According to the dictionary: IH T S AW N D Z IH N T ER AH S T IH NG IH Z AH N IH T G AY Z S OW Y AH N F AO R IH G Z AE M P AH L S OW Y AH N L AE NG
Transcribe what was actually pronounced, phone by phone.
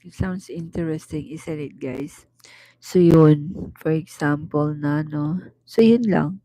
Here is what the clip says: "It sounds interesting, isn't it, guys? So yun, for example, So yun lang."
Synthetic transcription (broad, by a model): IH T S AW N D S IH N T ER AH S T IH NG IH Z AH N IH T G AY S OW Y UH N F AO R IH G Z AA M P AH L S OW Y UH N L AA NG